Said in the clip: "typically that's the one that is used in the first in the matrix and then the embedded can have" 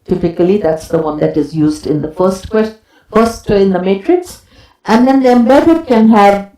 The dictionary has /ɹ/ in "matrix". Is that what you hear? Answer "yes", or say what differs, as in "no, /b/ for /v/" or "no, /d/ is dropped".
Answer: yes